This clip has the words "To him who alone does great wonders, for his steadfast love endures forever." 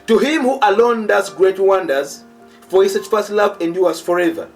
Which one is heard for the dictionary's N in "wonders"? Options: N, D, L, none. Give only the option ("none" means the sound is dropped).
N